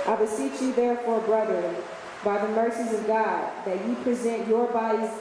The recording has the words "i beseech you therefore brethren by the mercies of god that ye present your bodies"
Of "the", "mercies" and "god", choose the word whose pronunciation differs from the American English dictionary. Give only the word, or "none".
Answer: none